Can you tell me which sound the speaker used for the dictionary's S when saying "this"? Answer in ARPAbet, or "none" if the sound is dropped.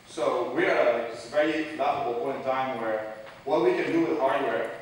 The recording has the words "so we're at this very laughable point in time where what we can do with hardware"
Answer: none